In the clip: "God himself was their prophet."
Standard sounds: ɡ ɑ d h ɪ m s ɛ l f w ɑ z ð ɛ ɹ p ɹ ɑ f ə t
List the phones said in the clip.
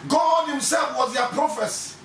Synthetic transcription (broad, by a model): ɡ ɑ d h ɪ m s ɛ l f w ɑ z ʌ p ɹ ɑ f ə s